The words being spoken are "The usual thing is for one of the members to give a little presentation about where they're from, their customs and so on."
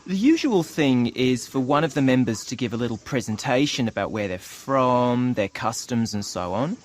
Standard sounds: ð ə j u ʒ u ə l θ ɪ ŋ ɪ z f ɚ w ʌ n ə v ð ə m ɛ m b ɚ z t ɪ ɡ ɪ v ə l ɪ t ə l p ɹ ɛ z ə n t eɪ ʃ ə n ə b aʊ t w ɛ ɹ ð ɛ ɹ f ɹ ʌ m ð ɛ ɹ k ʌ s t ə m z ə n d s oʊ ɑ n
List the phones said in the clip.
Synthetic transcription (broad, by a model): ð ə j u ʒ u ə l θ ɪ ŋ ɪ z f ɚ w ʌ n ə v ð ə m ɛ m b ɚ z t ɪ ɡ ɪ v ə l ɪ t l p ɹ ɛ z ə n t eɪ ʃ ə n ə b aʊ t w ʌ ɹ ð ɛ ɹ f ɹ ʌ m ð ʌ ɹ k ʌ s t ə m z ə n s oʊ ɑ n